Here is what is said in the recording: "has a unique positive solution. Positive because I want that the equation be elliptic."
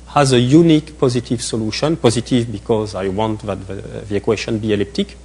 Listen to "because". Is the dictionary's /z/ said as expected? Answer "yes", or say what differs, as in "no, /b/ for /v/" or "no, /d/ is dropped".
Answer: yes